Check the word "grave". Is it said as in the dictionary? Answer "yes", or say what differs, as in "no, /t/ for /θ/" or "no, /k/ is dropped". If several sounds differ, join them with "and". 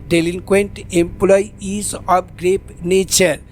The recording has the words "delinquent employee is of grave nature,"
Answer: no, /p/ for /v/